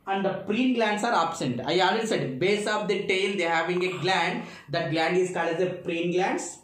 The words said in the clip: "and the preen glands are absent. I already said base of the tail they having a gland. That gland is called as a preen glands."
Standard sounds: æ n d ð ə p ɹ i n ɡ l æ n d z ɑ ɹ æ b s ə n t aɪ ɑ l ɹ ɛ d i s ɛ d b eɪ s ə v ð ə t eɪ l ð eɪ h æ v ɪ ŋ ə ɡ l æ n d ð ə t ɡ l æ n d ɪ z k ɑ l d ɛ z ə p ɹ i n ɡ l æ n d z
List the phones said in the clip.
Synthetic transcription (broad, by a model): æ n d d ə p ɹ i n ɡ l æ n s ɑ ɹ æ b s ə n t aɪ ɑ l ɛ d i s ɛ d b eɪ s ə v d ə t eɪ l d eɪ h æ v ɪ ŋ ə ɡ l æ n d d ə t ɡ l æ n d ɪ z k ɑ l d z ə p ɹ i n ɡ l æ n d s